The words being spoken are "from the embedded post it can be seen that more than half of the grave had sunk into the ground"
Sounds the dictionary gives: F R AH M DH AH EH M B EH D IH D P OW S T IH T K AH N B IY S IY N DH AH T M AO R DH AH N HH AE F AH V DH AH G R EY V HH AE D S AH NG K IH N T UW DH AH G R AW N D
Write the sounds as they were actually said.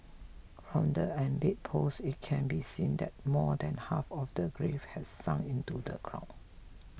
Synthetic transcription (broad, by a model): F R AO M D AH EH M B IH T P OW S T IH T K AH N B IY S IY N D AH T M AO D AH N HH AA F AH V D AH G R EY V HH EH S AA NG IH N T UW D AH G R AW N